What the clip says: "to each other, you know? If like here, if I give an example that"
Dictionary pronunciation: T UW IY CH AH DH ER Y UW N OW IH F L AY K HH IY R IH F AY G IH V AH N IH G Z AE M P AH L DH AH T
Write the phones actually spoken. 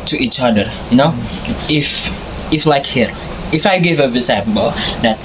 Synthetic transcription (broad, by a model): T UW IY CH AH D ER Y UW N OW IH F L AY K HH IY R IH F AY G IH V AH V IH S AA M B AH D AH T